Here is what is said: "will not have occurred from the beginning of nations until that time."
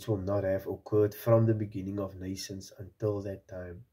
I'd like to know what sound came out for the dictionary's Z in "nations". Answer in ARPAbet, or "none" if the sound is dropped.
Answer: S